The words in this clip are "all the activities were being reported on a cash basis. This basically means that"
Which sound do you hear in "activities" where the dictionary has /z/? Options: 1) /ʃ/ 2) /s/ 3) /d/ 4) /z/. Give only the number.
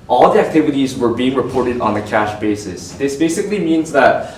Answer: 4